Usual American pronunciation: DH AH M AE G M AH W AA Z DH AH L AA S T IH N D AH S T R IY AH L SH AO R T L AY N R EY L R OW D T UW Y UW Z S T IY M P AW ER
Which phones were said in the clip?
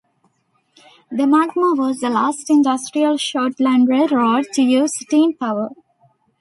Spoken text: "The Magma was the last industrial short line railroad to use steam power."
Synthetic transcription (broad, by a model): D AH M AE G M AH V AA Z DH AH L AA S T IH N D AH S T R IY AH L SH AO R T L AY N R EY R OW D T UW Y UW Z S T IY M P AW ER